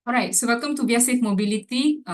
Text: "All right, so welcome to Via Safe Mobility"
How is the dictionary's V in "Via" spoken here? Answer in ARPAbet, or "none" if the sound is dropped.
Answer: B